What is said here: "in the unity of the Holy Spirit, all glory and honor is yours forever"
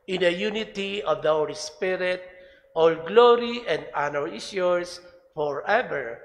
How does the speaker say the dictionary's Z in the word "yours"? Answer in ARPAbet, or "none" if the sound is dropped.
S